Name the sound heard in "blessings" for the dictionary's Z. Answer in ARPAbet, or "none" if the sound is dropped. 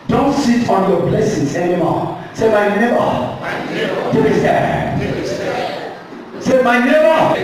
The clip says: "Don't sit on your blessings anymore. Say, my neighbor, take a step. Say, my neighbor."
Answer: S